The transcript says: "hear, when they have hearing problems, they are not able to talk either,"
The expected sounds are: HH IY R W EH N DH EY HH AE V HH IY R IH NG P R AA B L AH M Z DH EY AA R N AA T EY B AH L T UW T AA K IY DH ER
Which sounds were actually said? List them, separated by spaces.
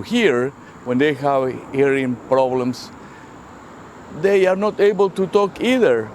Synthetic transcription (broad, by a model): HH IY R W EH N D EY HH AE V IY R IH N P R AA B L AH M S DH EY AA R N AA T EY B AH L T UW T AA K IY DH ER